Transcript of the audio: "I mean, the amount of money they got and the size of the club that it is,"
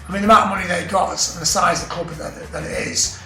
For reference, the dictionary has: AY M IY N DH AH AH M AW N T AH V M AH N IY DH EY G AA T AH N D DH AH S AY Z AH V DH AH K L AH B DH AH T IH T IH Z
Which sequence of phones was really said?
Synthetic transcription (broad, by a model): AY M IY N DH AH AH M AW T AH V M AH N IY DH EY G AA T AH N DH AH S AY Z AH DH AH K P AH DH DH AH T IH T IH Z